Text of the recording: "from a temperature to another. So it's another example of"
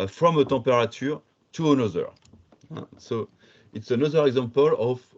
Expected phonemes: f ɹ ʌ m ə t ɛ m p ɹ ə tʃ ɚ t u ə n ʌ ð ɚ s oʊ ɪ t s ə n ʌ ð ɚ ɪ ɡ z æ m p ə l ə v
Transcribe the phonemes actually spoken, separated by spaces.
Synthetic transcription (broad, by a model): f ɹ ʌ m ə t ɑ p ɹ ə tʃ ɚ t u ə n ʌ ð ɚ s oʊ ɪ t s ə n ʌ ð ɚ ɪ ɡ z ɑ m p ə l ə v